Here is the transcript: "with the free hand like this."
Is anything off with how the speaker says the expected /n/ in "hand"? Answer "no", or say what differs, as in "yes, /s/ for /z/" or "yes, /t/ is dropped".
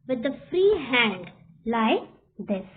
no